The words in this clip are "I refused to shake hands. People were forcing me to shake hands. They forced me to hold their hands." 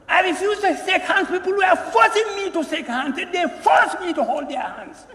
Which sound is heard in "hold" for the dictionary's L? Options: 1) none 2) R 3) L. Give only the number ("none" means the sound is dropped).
3